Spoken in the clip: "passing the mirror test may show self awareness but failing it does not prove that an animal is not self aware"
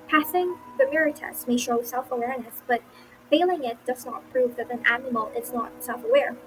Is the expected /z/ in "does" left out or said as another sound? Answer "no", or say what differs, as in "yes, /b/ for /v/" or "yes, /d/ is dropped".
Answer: no